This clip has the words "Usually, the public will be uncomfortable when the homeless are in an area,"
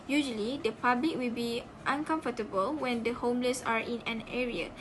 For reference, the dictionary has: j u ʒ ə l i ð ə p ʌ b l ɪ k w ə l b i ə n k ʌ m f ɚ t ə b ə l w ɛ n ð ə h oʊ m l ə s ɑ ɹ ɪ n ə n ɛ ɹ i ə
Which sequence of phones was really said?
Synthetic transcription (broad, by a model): j u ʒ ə l i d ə p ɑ b l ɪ k w ə l b i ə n k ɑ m f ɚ t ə b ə l w ɛ n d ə h oʊ m l ə s ɑ ɹ ɪ n ə n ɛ ɹ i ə